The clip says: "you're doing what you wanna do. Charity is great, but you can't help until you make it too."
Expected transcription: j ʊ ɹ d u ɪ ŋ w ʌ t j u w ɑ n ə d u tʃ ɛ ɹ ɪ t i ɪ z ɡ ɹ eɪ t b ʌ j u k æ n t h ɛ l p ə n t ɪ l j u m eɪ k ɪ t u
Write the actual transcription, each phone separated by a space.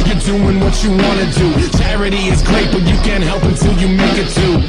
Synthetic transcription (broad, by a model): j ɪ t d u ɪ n w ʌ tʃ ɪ w ɑ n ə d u tʃ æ ɹ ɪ t i ɪ z ɡ ɹ eɪ t b ʌ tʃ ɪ k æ n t h ɛ l p ə n t ɪ l j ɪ m eɪ k ɪ t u